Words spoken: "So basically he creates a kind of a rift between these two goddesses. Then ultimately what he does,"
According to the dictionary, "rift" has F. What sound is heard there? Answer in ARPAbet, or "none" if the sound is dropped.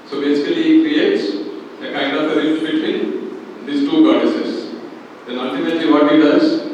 none